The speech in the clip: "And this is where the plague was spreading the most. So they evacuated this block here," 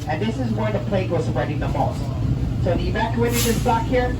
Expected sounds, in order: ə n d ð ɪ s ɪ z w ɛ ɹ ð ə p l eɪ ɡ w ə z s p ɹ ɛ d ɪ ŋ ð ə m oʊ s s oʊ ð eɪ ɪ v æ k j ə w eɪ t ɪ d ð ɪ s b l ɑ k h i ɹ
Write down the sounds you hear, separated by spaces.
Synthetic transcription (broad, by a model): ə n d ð ɪ s ɪ z w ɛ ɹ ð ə p l eɪ ɡ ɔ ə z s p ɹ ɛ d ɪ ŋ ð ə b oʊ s s oʊ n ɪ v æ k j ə eɪ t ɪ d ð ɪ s b l ɑ k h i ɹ